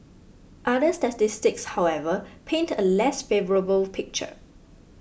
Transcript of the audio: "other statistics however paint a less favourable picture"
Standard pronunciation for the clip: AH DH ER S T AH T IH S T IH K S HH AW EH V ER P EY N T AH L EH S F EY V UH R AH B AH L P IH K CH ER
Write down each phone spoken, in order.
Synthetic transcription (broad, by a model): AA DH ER S T AH T IH S T IH K S HH AW EH V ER P EY N T AH L EH S F EY V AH R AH B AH L P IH K CH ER